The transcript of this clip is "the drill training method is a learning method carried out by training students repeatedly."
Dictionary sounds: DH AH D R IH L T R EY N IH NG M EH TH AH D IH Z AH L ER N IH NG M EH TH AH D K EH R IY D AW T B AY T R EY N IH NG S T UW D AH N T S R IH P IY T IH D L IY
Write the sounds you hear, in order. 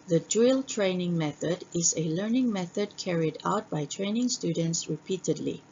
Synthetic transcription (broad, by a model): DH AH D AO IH L T R EY N IH NG M EH TH AH D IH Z AH L ER N IH NG M EH TH AH D K EH R IY D AW T B AY T R EY N IH NG S T UW D AH N T S R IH P IY T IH D L IY